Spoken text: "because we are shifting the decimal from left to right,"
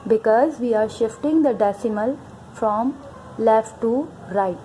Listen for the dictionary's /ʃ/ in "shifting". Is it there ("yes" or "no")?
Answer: yes